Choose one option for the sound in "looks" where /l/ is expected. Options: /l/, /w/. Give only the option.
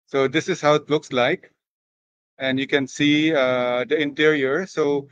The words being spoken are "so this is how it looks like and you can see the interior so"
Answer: /l/